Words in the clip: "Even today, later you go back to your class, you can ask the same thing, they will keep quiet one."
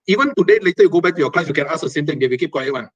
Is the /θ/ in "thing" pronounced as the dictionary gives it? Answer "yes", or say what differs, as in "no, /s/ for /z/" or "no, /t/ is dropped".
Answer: no, /t/ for /θ/